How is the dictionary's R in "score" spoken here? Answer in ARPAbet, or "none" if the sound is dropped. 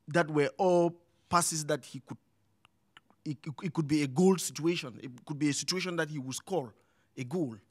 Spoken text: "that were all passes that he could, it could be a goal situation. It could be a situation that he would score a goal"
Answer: L